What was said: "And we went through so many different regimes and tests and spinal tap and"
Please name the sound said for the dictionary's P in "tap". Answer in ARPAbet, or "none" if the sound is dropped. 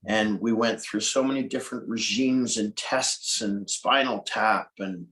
P